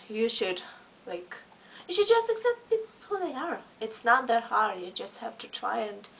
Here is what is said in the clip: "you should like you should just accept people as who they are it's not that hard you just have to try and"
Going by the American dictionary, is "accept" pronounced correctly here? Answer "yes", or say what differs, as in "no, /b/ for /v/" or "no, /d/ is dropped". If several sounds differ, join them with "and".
yes